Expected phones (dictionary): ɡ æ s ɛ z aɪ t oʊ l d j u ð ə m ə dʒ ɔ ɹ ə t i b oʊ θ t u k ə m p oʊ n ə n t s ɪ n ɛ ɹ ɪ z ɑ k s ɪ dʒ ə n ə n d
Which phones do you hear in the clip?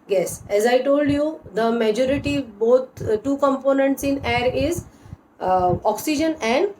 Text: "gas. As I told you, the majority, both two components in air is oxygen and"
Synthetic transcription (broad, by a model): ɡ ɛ s ɛ z aɪ t oʊ l d j u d ə m ə dʒ ɔ ɹ ə t i b oʊ t t u k ə m p oʊ n ə n t s ɪ n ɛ ɹ ɪ z ɑ k s ɪ dʒ ə n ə n d